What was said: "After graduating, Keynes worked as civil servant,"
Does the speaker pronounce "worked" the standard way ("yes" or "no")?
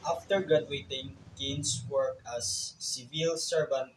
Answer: no